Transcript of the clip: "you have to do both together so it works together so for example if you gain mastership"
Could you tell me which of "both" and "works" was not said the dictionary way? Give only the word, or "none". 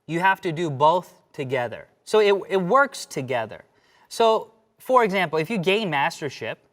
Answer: none